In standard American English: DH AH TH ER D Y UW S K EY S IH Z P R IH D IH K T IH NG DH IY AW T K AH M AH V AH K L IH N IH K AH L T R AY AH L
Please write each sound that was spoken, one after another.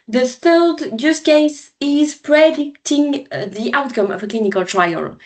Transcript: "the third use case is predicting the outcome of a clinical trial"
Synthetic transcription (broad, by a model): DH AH TH ER D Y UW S K EY S IH Z P R IH D IH K T IH NG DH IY AW T K AH M AH V AH K L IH N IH K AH L T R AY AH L